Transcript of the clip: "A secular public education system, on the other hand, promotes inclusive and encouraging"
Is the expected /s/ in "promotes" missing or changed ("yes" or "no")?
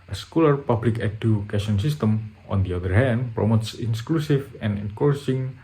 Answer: no